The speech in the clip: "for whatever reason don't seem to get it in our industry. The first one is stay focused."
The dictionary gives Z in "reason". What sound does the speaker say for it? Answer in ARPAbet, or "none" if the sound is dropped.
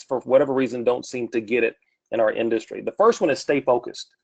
Z